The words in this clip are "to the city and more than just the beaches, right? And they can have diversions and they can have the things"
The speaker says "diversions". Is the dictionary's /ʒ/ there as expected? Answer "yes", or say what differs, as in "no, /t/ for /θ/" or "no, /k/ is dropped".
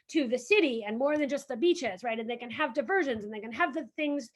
yes